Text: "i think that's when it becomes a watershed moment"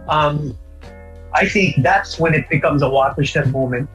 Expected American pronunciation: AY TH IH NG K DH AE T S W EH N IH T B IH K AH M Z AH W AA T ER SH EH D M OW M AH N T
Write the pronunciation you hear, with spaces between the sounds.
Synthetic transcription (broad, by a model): AY TH IH NG K DH AE T S W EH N IH T B IH K AH M Z AH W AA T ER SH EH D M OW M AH N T